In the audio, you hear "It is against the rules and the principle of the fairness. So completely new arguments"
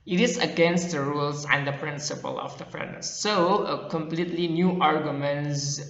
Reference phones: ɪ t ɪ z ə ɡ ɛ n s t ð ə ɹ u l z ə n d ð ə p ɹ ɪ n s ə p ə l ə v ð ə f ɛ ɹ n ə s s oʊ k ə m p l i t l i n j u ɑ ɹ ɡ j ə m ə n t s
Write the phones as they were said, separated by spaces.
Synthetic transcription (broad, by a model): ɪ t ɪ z ə ɡ ɛ n s t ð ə ɹ u l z ə n d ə p ɹ ɪ n s ə p ə l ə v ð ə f ɹ ə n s oʊ k ə m p l i t l i n j u ɑ ɹ ɡ j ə m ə n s